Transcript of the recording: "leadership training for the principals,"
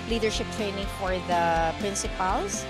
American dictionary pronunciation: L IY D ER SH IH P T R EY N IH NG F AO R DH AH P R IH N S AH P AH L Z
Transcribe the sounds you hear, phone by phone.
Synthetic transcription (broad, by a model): L IY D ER SH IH P T R EY N IH NG F AO R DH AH P R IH N S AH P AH L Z